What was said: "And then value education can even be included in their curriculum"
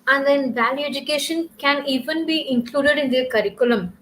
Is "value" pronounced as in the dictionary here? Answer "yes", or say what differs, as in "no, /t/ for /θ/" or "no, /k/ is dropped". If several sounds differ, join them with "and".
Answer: yes